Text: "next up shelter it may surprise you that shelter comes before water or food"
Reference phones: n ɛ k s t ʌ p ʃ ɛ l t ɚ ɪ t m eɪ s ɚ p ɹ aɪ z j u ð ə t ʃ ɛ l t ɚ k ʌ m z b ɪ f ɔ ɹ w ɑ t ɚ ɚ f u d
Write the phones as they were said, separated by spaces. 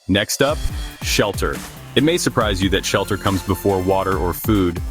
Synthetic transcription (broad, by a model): n ɛ k s t ʌ p ʃ ɛ l t ɚ ɪ t m eɪ s ɚ p ɹ aɪ z j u ð ə t ʃ ɛ l t ɚ k ʌ m z b ɪ f ɔ ɹ w ɑ t ɚ ɚ f u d